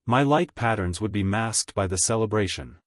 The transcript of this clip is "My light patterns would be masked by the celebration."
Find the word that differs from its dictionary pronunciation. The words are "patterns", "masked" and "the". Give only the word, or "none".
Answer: none